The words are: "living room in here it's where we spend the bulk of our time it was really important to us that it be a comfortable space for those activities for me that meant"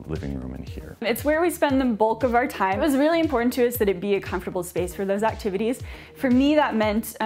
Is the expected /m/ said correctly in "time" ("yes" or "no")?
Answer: no